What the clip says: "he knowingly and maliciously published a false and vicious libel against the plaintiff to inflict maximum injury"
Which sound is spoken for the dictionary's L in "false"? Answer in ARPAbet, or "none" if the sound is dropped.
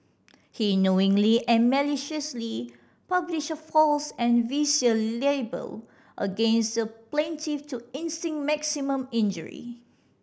L